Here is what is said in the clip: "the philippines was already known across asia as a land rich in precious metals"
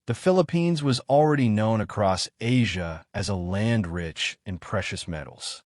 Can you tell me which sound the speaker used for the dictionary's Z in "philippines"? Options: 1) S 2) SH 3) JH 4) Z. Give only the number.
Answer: 4